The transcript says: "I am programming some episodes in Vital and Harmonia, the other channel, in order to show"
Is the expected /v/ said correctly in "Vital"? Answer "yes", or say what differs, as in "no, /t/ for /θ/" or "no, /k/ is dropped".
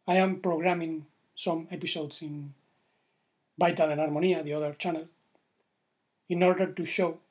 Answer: no, /b/ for /v/